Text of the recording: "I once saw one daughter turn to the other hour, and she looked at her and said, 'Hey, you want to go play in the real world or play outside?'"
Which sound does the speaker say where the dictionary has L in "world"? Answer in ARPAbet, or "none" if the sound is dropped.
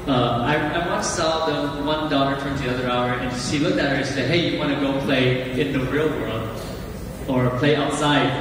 L